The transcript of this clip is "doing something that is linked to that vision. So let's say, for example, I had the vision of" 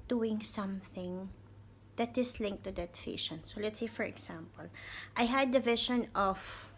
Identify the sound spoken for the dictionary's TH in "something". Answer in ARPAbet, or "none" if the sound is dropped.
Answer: TH